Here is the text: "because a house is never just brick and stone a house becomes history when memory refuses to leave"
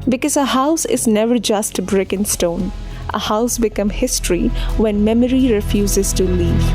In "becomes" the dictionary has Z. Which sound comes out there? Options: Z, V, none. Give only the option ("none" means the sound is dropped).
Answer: none